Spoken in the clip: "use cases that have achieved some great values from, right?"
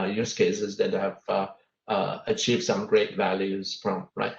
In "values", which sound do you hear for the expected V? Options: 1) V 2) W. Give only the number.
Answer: 1